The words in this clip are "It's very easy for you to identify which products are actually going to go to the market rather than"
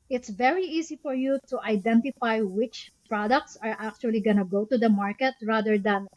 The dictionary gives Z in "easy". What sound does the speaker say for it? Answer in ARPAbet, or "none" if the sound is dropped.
S